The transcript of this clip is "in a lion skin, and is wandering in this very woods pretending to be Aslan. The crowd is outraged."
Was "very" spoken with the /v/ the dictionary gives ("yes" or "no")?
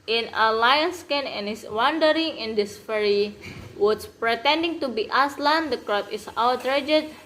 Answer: no